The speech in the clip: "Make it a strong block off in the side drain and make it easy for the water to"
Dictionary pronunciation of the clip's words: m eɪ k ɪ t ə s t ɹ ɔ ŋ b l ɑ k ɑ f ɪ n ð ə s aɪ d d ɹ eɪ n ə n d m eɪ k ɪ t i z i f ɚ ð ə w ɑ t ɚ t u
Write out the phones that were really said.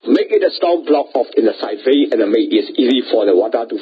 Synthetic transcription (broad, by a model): m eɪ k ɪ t ə s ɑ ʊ b l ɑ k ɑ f ɪ n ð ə s aɪ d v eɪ ə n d m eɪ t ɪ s i z i f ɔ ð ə w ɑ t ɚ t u